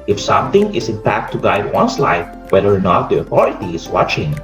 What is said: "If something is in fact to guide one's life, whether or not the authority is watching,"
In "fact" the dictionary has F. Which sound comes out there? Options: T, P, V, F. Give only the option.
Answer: P